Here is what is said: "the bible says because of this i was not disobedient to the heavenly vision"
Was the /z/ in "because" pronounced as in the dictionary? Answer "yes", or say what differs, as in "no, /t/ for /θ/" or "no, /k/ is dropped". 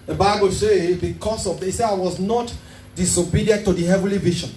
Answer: no, /s/ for /z/